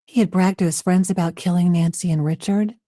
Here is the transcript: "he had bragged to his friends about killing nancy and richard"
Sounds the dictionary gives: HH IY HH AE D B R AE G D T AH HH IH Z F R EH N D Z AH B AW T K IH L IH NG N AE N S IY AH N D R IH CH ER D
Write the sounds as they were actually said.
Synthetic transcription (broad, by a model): HH IY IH D B R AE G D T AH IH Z F R EH N D Z AH B AW T K IH L IH NG N AE N S IY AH N R IH CH ER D